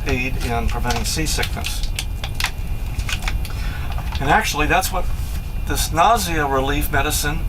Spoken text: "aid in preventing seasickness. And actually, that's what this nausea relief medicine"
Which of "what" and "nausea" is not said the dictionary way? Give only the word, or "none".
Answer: none